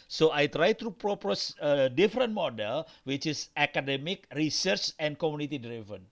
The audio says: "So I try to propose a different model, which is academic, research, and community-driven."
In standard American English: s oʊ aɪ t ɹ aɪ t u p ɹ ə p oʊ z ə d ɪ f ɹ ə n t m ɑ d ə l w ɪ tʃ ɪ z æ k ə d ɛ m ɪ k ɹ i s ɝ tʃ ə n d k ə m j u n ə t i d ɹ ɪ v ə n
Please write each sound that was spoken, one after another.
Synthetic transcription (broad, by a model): s oʊ aɪ t ɹ aɪ t u p ɹ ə p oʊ s ə d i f ɹ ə n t m ɑ d ə l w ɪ tʃ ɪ s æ k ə d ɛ m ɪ k ɹ i s ɝ tʃ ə n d k ə m j u n ə t i d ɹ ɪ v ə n